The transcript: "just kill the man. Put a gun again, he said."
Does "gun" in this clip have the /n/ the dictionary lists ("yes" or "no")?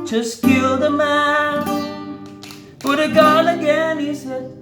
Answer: no